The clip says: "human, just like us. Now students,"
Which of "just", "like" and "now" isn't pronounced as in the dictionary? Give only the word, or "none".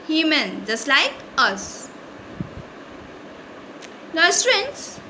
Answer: now